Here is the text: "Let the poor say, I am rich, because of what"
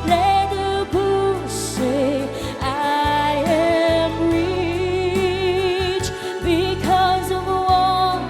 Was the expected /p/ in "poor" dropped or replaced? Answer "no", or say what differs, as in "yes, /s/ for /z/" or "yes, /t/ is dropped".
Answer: yes, /b/ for /p/